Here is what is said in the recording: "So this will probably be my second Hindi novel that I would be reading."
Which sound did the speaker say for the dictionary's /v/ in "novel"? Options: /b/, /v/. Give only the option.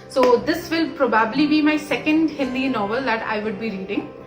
/v/